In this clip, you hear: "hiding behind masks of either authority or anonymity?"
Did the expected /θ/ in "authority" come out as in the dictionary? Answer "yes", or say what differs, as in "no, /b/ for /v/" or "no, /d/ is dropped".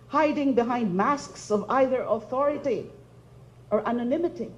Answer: yes